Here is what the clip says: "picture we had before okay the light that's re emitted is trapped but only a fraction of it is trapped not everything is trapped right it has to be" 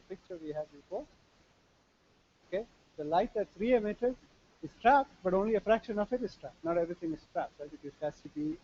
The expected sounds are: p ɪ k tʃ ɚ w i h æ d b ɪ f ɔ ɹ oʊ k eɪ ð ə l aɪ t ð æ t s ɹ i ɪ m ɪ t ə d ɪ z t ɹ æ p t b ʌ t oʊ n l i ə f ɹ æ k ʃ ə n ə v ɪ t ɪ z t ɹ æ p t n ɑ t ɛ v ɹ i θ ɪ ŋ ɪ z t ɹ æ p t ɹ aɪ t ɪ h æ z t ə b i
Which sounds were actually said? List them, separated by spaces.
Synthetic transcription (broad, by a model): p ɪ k tʃ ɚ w i h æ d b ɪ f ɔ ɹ oʊ k eɪ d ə l aɪ t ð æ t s ɹ i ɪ m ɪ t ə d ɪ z t ɹ æ p t b ʌ t oʊ n l i ə f ɹ æ k ʃ ə n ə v ɪ t ɪ z t ɹ æ p t n ɑ t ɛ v ɹ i t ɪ ŋ ɪ z t ɹ æ p t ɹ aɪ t ɪ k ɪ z s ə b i